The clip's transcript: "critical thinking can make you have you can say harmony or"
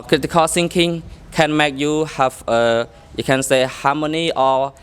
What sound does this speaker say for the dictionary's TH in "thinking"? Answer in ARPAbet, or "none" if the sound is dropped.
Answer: S